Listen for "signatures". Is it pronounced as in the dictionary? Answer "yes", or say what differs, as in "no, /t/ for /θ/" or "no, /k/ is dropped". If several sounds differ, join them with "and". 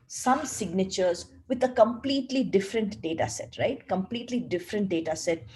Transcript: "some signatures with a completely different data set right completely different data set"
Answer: yes